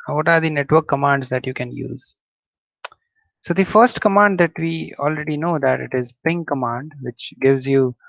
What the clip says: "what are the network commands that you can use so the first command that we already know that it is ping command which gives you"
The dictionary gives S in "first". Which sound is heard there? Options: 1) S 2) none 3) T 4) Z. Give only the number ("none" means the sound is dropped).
1